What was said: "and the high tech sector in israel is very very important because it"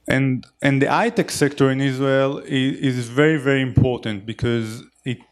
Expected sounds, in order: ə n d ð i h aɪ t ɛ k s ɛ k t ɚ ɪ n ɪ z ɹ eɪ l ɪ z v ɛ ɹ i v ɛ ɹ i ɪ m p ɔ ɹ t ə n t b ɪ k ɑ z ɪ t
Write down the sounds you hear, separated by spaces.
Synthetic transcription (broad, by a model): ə n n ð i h aɪ t ɛ k s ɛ k t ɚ ɪ n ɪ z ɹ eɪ l ɪ z v ɛ ɹ i v ɛ ɹ i ɪ m p ɔ ɹ t ə n t b ɪ k ɑ z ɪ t